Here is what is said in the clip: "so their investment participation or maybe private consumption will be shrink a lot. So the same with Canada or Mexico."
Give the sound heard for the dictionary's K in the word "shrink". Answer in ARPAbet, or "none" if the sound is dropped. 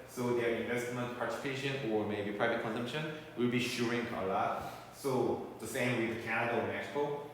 none